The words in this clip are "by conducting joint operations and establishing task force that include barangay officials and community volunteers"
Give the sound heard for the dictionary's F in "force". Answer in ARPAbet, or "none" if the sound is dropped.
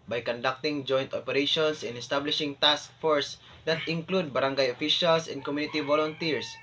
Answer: F